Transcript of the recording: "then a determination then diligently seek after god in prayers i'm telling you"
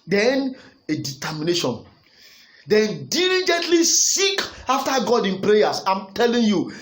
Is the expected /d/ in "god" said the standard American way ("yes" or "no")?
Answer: yes